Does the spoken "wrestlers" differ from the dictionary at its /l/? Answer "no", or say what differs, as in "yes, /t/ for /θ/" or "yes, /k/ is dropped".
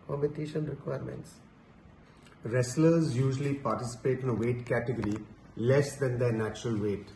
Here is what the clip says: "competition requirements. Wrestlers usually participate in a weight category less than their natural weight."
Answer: no